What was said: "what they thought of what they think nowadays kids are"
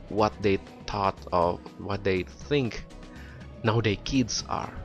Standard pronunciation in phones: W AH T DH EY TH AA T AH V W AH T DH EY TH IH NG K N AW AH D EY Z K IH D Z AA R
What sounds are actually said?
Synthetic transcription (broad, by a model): W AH T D EY T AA T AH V W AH T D EY TH IH NG K N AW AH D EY K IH D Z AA R